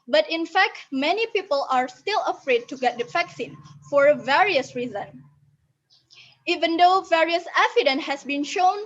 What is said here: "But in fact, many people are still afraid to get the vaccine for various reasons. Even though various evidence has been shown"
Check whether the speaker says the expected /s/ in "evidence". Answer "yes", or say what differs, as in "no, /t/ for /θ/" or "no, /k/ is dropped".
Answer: no, /s/ is dropped